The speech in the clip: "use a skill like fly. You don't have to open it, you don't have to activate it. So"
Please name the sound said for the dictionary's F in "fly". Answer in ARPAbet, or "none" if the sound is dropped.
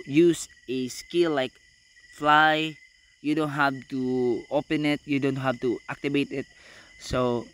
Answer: F